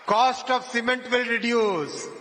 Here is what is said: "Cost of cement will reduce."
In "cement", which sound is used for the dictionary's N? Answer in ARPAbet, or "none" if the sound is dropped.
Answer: N